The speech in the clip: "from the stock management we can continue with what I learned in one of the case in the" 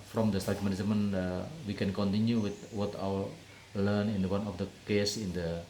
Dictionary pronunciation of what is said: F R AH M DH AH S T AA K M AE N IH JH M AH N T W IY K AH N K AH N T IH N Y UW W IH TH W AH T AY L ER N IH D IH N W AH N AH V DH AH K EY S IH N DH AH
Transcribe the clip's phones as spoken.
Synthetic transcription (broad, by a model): F R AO M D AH S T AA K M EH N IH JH M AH N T W IY K AH N K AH N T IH N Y UW W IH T W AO T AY W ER L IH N IH N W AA N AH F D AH K EY S IH N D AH